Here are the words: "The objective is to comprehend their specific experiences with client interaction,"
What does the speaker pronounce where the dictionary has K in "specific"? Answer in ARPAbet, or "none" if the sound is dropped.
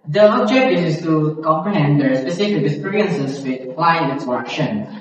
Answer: none